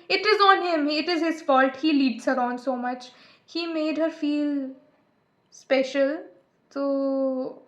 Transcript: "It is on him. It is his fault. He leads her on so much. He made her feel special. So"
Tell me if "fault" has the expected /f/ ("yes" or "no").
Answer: yes